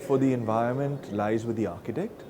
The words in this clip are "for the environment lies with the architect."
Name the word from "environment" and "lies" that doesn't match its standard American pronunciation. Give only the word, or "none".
none